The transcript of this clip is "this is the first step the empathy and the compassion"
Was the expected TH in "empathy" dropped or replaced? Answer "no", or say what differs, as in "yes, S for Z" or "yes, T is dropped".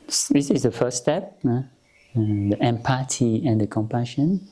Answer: yes, T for TH